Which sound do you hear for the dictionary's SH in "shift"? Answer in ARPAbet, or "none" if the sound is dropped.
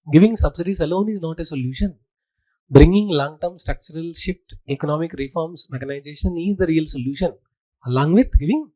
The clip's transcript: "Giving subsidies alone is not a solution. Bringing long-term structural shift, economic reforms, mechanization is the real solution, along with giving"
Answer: SH